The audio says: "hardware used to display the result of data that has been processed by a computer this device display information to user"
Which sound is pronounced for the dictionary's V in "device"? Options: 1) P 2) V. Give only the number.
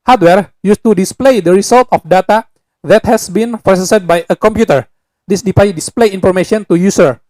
1